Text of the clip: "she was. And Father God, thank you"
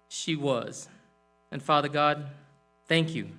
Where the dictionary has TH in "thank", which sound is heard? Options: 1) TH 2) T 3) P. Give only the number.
1